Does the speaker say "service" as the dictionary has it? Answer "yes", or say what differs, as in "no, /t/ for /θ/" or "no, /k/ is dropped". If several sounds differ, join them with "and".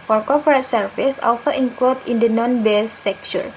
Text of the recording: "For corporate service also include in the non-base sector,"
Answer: no, /f/ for /v/